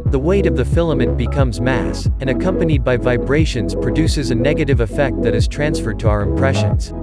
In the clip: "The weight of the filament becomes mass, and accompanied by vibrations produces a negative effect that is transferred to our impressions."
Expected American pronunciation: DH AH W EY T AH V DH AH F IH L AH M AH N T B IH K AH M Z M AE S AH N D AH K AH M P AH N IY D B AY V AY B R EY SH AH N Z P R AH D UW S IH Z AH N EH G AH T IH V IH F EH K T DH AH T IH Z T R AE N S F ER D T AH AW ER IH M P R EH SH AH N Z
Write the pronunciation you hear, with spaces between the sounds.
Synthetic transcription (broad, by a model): DH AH W EY T AH V DH AH F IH L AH M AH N B IH K AH M Z M AE S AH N AH K AH M P AH N IY D B AY V AY B R EY SH AH N Z P R AH D UW S IH Z AH N EH G AH T IH V IH F EH K T DH AH T IH Z T R AE N S F ER D T AH AW ER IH M P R EH SH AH N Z